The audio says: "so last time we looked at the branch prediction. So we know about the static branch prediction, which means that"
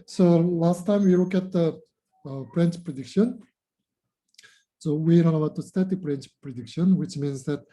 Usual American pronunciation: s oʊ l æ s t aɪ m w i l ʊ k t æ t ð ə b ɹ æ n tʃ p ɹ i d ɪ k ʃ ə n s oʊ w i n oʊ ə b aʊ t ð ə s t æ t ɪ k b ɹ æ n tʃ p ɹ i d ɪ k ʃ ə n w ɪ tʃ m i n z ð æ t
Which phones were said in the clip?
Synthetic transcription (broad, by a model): s oʊ l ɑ s t aɪ m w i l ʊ k æ t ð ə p ɹ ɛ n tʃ p ɹ i d ɪ k ʃ ə n s oʊ w i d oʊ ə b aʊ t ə s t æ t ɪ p ɹ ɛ n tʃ p ɹ i d ɪ k ʃ ə n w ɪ tʃ m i n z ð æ t